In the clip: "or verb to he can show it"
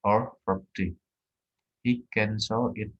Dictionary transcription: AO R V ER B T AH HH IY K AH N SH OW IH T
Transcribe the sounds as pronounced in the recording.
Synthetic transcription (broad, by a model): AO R F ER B T AH HH IY K AH N S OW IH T